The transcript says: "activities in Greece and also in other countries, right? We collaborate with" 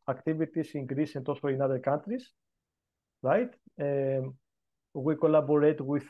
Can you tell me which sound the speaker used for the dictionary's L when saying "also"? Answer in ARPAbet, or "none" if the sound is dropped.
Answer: none